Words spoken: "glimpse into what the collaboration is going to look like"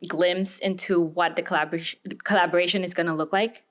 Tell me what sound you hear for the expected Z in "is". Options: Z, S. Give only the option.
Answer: Z